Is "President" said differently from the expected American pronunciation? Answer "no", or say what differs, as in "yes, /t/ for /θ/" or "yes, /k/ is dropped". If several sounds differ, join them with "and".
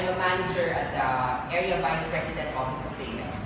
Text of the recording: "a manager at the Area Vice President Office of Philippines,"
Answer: yes, /s/ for /z/